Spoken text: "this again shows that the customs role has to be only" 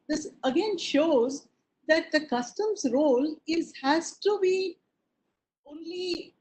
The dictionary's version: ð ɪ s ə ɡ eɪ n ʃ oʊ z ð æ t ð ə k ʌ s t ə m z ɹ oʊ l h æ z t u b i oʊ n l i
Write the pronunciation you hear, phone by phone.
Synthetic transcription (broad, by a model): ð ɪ s ə ɡ eɪ n ʃ oʊ z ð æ t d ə k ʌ s t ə m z ɹ oʊ l h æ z t u b i oʊ n l i